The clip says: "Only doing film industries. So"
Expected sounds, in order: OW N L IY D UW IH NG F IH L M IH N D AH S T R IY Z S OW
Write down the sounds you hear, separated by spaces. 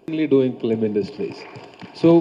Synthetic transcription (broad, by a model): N L IY D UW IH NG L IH M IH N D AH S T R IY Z S OW